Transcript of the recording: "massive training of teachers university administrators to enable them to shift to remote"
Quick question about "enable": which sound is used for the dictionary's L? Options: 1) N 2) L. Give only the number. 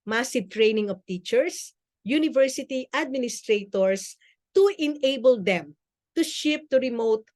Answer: 2